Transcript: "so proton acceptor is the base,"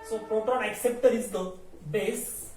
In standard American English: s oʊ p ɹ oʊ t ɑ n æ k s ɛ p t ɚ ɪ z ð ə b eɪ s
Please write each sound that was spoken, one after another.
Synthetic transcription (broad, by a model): s oʊ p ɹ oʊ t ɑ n æ k s ɛ p t ɚ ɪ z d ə b eɪ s